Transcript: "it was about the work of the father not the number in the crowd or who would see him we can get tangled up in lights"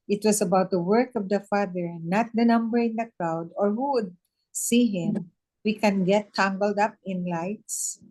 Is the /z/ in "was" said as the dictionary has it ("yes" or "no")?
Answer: no